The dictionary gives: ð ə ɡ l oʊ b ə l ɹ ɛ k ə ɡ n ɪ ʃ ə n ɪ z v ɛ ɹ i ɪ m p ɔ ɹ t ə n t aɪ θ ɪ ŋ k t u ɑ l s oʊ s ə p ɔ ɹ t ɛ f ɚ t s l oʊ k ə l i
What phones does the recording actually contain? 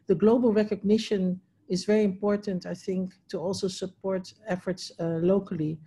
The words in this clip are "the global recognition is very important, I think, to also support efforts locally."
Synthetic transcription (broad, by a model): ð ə ɡ l oʊ b ə l ɹ ɛ k ə ɡ n ɪ ʃ ə n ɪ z v ɛ ɹ i ɪ m p ɔ ɹ t ə n t aɪ θ ɪ ŋ k t u ɑ l s oʊ s ə p ɔ ɹ t ɛ f ɚ t s l oʊ k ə l i